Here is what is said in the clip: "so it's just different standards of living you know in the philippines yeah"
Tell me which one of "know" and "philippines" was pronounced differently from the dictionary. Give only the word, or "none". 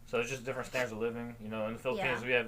none